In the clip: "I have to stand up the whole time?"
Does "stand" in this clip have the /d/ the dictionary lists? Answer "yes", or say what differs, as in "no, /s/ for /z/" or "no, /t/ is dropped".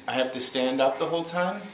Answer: yes